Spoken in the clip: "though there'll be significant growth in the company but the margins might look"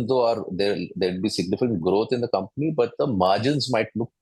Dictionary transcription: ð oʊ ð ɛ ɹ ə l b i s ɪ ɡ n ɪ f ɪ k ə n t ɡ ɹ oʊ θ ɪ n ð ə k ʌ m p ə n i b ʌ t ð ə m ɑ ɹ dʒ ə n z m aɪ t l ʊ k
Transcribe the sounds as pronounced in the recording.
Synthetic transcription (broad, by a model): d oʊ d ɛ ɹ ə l b i s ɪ ɡ n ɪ f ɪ ə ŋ ɡ ɹ oʊ t ɪ n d ə k ʌ m p ə n i b ʌ t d ə m ɑ ɹ dʒ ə n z m aɪ t l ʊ k